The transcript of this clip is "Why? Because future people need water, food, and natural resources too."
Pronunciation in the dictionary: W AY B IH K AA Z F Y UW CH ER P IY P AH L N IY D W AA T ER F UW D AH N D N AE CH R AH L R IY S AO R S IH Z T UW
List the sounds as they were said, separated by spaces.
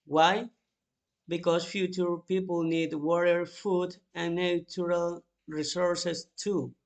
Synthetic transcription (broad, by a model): W AY B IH K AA S F Y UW CH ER P IY P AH L N IY D W AA T ER F UW D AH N N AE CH R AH L R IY S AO R S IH S T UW